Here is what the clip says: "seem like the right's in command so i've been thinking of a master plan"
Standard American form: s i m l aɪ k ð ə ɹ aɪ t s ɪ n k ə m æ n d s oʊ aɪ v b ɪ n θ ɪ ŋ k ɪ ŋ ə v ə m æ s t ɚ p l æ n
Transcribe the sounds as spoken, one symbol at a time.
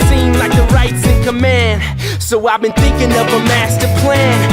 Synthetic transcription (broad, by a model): s i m l aɪ k ð ə ɹ aɪ t s ɪ n k ə m æ n d s oʊ aɪ v b ɪ n θ ɪ ŋ k ɪ ŋ ə v ə m æ s t ɚ p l æ n